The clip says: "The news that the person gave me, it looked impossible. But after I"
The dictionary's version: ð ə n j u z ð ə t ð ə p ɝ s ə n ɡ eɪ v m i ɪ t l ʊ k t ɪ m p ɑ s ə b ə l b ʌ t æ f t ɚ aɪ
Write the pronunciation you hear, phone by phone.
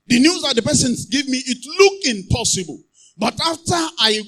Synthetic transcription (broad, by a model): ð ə n j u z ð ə t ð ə p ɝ s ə n ɡ eɪ v m i ɪ t l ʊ k ɪ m p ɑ s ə b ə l b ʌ t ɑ f t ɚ aɪ